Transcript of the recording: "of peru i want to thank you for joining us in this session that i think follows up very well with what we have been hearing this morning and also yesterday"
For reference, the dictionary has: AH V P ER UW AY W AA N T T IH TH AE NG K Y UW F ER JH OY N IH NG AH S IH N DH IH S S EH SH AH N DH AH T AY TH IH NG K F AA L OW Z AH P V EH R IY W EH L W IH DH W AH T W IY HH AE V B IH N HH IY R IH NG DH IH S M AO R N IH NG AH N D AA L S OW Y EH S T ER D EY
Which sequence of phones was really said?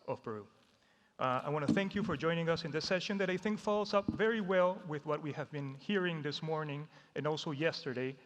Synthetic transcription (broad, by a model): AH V B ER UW AY W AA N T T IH TH AE NG K Y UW F ER JH OY N IH NG AH S IH N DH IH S S EH SH AH N DH AH T AY TH IH NG K F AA L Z AH P V EH R IY W EH L W IH DH W AH T W IY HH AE V B IH N HH IY R IH NG DH IH S M AO R N IH NG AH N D AA L S OW Y EH S T ER D EY